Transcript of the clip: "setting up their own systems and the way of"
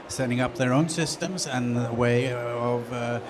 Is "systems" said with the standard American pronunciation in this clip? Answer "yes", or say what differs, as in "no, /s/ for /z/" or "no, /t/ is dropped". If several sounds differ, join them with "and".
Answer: yes